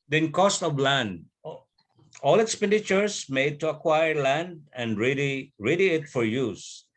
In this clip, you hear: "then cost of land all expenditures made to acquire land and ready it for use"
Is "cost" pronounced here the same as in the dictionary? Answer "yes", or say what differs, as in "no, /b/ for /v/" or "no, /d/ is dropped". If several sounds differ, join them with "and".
yes